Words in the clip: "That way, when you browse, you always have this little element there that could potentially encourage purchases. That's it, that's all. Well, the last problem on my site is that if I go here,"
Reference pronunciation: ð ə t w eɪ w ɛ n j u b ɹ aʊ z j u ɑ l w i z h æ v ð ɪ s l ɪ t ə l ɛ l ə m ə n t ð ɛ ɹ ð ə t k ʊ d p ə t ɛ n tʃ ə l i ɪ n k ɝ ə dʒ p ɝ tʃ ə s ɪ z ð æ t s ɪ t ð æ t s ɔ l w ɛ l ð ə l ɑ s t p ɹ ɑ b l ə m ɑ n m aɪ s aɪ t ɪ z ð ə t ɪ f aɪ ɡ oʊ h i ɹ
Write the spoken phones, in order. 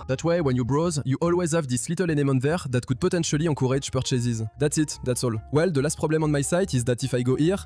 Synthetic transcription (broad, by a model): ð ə t w eɪ w ɛ n j u b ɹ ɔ z j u ɑ l w i z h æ v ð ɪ s l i t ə l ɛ n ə m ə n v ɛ ɹ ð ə t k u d p ə t ɛ n tʃ ə l i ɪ k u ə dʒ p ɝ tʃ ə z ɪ z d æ t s ɪ t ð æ t s ɔ l w ɛ l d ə l ɑ s t p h ɑ b l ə m ɑ n m aɪ s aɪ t ɪ z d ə t ɪ f aɪ ɡ oʊ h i ɹ